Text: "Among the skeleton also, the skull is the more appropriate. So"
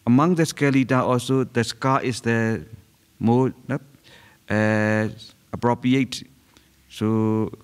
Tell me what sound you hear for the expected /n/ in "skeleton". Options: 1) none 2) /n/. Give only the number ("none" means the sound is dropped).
1